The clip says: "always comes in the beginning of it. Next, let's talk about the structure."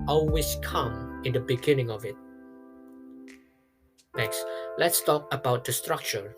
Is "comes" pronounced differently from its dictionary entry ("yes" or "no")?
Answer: yes